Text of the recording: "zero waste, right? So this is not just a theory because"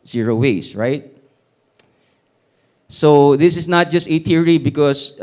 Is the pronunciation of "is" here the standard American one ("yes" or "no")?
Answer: no